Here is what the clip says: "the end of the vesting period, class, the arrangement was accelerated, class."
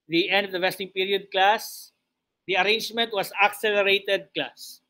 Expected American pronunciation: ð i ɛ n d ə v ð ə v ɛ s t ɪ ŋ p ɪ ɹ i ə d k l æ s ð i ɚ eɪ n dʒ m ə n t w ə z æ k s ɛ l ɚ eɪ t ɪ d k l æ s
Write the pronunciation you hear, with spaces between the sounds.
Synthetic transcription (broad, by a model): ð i ɛ n d ə v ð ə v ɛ s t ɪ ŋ p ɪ ɹ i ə d k l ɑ s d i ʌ eɪ n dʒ m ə n t w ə s æ k s ɛ l ɚ eɪ t ɪ d k l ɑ s